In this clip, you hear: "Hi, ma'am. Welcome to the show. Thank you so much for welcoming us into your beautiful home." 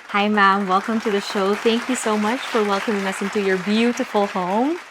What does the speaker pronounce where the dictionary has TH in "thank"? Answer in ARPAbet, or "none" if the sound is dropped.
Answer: TH